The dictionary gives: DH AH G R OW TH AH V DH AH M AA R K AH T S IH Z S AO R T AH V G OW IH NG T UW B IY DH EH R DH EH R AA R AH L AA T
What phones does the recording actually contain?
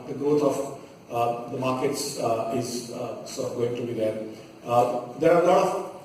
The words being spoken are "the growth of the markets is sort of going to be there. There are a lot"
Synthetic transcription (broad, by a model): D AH G R OW T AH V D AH M AA R K AH T S IH Z S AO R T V G OW IH NG T UW B IY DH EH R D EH R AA L AH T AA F